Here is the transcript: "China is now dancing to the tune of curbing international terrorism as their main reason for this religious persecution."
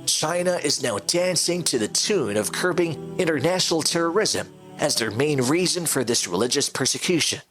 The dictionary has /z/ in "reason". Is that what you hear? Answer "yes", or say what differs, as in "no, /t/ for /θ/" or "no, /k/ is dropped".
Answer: yes